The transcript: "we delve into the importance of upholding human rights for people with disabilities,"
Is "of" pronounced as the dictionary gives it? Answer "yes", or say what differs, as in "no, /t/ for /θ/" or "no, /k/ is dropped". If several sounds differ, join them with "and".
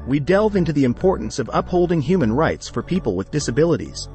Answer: yes